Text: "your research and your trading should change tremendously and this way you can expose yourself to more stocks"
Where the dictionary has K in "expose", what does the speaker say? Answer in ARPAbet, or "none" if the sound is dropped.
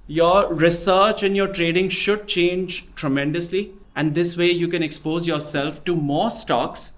K